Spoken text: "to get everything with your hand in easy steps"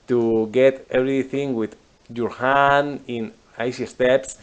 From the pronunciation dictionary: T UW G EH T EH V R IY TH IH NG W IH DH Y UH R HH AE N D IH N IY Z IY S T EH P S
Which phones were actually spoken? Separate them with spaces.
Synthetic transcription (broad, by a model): T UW G EH T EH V R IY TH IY NG W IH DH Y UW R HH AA N IH N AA S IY S T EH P S